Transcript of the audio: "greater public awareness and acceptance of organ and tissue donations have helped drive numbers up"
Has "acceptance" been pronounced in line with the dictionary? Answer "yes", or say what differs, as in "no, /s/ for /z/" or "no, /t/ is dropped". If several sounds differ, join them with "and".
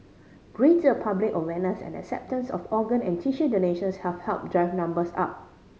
yes